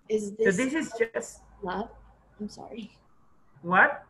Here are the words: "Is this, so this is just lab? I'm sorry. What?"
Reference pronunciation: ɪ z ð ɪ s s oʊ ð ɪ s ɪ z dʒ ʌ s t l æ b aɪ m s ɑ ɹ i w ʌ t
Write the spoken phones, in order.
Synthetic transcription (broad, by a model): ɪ z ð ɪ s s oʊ ð ɪ s ɪ z dʒ ʌ s t w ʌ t aɪ m s ɑ ɹ i w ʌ t